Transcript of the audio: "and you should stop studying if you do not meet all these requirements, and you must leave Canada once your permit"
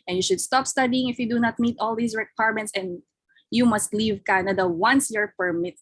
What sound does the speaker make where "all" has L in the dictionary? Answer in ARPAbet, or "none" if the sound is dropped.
L